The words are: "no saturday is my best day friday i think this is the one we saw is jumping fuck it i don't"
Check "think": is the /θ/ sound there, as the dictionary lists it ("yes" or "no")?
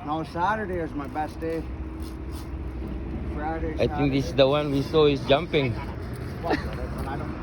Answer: no